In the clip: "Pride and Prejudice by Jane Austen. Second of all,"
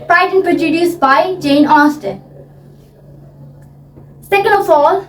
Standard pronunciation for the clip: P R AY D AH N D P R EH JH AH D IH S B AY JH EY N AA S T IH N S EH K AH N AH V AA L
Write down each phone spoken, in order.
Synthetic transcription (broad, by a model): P R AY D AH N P R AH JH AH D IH S B AY JH EY N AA S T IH S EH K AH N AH F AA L